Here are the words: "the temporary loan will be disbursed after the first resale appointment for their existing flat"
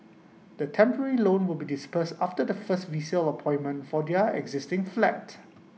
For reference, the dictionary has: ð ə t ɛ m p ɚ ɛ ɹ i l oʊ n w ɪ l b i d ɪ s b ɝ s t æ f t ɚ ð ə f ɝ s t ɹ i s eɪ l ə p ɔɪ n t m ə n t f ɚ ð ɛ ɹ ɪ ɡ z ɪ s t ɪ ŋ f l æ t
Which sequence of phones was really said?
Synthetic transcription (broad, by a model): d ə t ɛ m p ɚ ɛ ɹ i l oʊ n w ɪ l b i d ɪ s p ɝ s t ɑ f t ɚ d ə f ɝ s t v i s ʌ l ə p ɔɪ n m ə n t f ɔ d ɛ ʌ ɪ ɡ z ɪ s t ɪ ŋ f l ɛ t